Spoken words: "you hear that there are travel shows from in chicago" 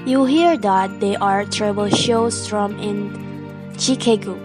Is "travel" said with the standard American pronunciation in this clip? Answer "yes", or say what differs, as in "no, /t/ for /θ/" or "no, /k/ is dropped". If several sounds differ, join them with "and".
no, /b/ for /v/